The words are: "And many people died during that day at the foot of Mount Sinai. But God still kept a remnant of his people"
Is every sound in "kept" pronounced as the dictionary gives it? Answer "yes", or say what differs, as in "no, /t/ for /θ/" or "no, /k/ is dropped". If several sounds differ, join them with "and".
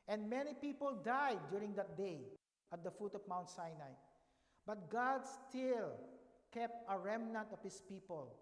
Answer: yes